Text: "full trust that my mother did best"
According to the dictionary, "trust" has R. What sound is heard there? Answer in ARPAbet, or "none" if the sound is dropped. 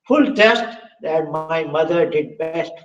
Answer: none